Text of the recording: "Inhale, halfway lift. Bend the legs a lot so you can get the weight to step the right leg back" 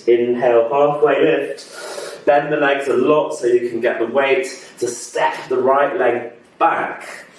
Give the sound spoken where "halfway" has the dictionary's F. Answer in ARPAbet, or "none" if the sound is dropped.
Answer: none